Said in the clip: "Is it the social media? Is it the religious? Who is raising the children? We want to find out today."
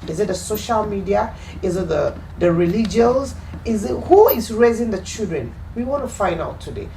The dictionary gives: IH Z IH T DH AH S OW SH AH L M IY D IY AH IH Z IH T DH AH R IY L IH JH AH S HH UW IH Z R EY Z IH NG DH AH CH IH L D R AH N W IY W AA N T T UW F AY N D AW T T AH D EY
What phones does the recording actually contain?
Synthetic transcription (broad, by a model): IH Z IH T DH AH S OW SH AH L M IY D IY AH IH Z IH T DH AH R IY L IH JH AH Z HH UW IH Z R EY Z IH NG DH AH CH IH L D R AH N W IY W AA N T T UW F AY N D AW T T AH D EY